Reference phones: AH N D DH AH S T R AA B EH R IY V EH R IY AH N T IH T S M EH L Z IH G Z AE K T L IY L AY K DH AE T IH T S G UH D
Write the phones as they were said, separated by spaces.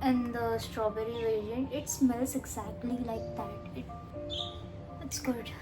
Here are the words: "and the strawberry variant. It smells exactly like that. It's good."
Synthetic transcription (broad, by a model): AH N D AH S T R AA B EH R IY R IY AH N IH T S M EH L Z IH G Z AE K T L IY L AY K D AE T IH T S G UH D